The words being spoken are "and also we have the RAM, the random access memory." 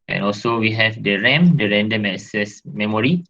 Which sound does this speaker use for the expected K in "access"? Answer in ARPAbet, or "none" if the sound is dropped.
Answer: none